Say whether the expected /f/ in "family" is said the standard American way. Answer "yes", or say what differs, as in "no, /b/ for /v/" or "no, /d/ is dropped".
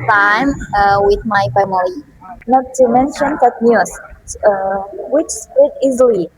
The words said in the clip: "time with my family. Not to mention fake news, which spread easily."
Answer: no, /p/ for /f/